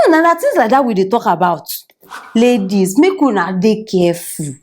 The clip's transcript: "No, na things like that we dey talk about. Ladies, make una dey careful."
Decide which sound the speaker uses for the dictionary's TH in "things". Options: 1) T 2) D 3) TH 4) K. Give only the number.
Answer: 1